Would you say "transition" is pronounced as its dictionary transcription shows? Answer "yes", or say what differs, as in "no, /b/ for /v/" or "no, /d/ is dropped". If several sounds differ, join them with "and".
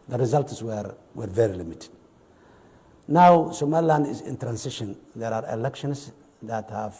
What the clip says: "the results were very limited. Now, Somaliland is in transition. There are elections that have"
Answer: no, /s/ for /z/